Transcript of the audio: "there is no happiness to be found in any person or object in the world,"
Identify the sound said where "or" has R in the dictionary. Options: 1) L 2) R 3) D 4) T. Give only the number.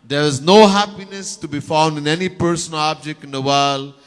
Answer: 1